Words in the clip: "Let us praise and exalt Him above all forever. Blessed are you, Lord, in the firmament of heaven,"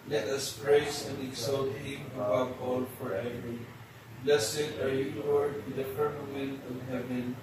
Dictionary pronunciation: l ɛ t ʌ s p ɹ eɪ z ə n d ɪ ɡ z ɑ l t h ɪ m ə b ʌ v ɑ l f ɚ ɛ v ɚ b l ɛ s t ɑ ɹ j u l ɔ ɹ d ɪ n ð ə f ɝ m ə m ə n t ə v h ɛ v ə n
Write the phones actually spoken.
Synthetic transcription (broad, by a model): l ɛ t ʌ s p ɹ eɪ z ə n d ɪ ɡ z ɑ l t h ɪ m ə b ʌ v ɑ l f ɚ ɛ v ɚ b l ɛ s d ɑ ɹ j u w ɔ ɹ ɪ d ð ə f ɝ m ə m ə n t ə v h ɛ v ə n